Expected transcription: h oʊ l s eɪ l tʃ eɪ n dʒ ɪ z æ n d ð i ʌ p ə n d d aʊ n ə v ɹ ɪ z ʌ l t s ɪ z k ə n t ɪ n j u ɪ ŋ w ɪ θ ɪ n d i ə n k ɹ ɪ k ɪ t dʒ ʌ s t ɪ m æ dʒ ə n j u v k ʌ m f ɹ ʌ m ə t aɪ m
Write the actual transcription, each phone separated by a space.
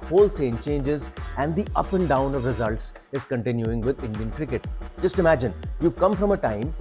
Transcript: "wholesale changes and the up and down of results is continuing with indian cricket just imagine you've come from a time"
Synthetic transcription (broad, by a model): h oʊ l s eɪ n tʃ eɪ n dʒ ɪ z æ n d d i ʌ p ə n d d aʊ n ə v ɹ ɪ z ʌ l t s ɪ z k ə n t ɪ n j u ɪ ŋ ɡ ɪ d ɪ n d i ə n k ɹ ɪ k ɪ t dʒ ʌ s t ɪ m æ dʒ ə n j u v k ʌ m f ɹ ʌ m ə t aɪ m